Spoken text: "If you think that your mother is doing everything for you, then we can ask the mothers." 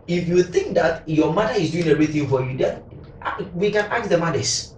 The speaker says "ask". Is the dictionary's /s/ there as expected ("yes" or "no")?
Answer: no